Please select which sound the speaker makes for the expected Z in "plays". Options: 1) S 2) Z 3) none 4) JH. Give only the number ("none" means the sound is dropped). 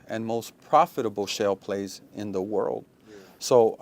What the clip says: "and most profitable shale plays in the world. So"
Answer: 2